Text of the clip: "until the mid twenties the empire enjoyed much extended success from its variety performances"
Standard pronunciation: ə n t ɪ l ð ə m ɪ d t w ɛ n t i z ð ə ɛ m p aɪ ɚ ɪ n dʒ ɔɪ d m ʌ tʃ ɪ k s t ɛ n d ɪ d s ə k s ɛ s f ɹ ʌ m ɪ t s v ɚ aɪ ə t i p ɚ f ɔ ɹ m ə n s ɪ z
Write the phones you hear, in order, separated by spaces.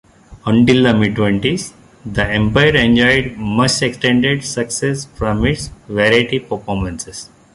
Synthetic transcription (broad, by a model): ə n t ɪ l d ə m ɪ d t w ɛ n t i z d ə ɛ m p aɪ ɚ ɪ n dʒ ɔɪ d m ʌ s ɪ k s t ɛ n d ɪ d s ə k s ɛ s f ɹ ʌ m ɪ t s v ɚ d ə t i p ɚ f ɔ ɹ m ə n s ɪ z